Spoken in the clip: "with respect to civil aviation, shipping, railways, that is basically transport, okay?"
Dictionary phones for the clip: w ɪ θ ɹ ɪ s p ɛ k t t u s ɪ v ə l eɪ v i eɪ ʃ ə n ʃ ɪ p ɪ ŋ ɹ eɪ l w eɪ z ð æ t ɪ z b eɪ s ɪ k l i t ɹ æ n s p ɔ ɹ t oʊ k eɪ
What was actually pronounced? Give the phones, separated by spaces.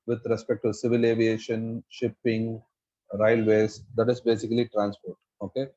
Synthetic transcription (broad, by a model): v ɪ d ɹ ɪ s p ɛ k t t u s ɪ v ə l eɪ v i eɪ ʃ ə n ʃ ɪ p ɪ ŋ ɹ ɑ l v eɪ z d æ t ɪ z b eɪ s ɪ k l i t ɹ æ n s p ɔ ɹ t oʊ k eɪ